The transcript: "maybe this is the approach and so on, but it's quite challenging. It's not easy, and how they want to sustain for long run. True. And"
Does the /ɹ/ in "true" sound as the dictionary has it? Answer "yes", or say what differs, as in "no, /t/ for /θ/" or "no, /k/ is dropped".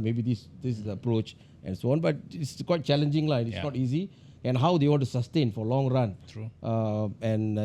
no, /ɹ/ is dropped